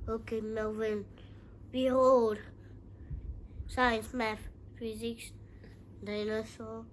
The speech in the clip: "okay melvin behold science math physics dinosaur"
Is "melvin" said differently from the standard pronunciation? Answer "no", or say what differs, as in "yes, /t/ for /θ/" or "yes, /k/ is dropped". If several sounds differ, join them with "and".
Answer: yes, /l/ is dropped